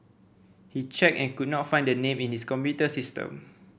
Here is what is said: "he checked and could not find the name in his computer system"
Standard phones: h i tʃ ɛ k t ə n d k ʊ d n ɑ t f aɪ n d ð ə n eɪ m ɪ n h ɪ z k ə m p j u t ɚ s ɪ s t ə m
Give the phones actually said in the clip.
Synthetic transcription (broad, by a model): h i tʃ ɛ k ə n k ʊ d n ɑ t f aɪ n d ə n eɪ m ɪ n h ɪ s k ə m p j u t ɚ s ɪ s t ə m